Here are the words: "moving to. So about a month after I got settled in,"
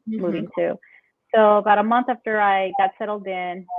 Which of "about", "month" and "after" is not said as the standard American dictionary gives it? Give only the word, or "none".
none